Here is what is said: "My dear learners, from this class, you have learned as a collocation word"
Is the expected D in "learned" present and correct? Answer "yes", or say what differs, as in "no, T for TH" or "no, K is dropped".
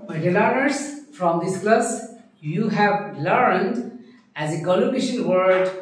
yes